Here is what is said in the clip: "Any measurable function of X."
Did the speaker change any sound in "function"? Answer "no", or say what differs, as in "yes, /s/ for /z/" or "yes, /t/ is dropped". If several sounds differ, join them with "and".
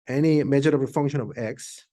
no